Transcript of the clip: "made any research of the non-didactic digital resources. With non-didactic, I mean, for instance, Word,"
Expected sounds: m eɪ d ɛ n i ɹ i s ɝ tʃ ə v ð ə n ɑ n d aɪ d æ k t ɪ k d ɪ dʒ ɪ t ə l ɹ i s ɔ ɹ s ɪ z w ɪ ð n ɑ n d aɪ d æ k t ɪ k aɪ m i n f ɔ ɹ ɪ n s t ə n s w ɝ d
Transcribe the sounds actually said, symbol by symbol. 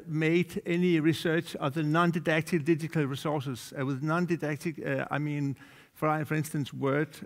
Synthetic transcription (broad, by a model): m eɪ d ɛ n i ɹ i s ɝ tʃ ə v ð ə n ɑ n d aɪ d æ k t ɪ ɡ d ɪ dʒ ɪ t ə l ɹ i s ɔ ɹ s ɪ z w ɪ ð n ɑ n d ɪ d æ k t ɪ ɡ aɪ m i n f ɔ ɹ ɪ n s t ə n s w ɝ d